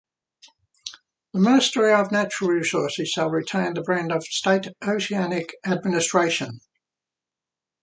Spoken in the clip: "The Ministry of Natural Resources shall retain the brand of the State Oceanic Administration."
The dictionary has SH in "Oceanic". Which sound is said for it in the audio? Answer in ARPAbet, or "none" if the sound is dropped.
S